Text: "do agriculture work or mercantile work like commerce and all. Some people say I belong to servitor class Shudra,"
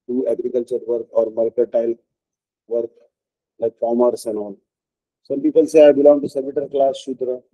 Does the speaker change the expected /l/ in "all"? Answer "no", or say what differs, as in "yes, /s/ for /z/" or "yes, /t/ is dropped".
yes, /n/ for /l/